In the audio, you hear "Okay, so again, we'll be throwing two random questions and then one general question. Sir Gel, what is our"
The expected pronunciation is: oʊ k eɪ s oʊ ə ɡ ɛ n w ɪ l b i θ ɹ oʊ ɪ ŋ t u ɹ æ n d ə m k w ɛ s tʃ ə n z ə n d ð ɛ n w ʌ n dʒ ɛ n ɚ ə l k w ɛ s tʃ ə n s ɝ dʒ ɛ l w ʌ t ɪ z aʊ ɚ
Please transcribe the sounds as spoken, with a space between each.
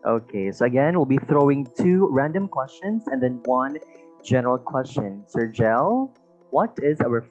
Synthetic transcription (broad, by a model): oʊ k eɪ s oʊ ə ɡ ɛ n w ɪ l b i θ ɹ oʊ ɪ ŋ t u ɹ æ n d ə m k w ɛ s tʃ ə n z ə n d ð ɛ n w ʌ n dʒ ɛ n ɚ ə l k w ɛ s tʃ ə n s ɝ dʒ ɛ l w ʌ t ɪ z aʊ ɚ